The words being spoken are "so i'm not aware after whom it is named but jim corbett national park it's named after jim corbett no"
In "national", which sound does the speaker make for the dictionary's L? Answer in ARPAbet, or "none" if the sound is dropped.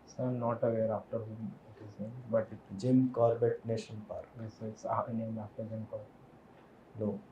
N